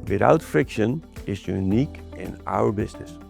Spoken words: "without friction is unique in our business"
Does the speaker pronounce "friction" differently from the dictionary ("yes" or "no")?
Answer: no